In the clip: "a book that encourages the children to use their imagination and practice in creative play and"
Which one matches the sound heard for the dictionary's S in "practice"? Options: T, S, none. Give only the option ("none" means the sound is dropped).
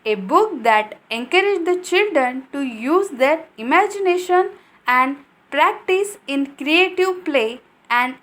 S